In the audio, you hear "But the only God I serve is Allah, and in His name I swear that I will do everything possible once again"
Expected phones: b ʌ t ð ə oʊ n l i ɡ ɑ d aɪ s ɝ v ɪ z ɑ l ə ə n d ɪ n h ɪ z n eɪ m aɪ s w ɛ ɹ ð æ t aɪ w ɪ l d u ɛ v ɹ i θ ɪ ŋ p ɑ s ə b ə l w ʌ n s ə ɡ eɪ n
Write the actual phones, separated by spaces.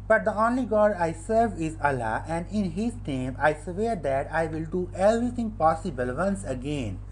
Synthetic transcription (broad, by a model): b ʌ t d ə oʊ n l i ɡ ɑ d aɪ s ɝ v ɪ z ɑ l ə ə n d ɪ n h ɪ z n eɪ m aɪ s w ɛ ɹ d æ t aɪ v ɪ l d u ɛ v ɹ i t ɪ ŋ p ɑ s ə b ə l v ʌ n s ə ɡ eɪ n